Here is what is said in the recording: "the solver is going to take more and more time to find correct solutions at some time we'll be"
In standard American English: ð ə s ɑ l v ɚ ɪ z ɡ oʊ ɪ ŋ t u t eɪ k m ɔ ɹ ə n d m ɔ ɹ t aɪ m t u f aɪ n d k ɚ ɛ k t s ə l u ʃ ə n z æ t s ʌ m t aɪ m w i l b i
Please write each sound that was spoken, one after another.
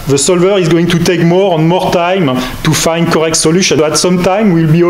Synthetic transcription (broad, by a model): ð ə s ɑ l v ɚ ɪ z ɡ oʊ ɪ ŋ t u t eɪ k m ɔ ɹ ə n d m ɔ ɹ t aɪ m t u f aɪ n d k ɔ ɛ k t s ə l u ʃ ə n æ t s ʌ m t aɪ m w i l b i